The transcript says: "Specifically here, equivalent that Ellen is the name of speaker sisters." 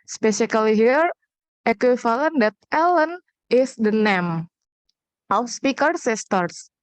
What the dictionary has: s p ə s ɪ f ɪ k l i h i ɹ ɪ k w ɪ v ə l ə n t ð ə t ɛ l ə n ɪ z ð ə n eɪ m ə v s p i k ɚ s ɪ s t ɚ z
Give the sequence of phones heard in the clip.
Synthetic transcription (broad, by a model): s p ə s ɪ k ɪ l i h i ɹ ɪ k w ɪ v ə l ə n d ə t ɛ l ə n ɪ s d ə n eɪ m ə w s p i k ɚ s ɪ s t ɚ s